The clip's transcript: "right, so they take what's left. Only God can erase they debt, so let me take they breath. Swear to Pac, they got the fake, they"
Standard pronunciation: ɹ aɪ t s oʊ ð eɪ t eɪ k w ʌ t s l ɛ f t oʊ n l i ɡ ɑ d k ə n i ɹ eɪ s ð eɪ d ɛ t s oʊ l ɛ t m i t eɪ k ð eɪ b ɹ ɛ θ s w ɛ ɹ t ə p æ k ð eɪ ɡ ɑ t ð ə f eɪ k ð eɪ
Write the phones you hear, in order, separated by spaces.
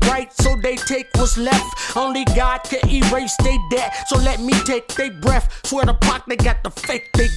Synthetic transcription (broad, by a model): ɹ aɪ t s oʊ ð eɪ t eɪ k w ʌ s l ɛ f t oʊ n l i ɡ ɑ d k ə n i ɹ eɪ s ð eɪ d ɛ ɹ s oʊ l ɛ t m i t eɪ k ð eɪ b ɹ ɛ θ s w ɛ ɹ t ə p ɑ k ð eɪ ɡ ɑ t ð ə f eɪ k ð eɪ